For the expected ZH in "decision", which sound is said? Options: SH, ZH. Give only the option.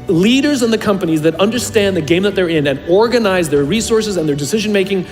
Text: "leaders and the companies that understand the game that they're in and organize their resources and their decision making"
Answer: ZH